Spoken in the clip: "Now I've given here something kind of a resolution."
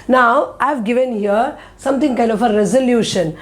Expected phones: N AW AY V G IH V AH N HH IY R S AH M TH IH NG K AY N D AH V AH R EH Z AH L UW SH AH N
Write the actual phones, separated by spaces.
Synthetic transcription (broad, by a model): N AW AY V G IH V AH N HH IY R S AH M T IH NG K AY N D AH F AH R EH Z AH L UW SH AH N